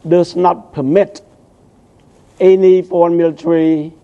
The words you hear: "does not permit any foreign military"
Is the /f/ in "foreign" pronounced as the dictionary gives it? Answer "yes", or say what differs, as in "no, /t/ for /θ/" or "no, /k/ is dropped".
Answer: no, /p/ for /f/